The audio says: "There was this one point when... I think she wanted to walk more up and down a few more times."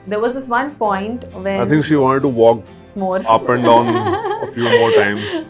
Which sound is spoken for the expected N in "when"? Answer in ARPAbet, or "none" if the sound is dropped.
none